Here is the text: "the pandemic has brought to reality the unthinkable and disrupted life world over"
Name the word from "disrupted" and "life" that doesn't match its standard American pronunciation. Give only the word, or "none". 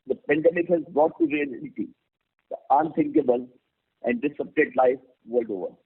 disrupted